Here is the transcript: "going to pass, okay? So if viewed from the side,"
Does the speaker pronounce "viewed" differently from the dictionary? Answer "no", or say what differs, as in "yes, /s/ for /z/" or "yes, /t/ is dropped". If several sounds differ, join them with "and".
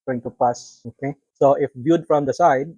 yes, /b/ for /v/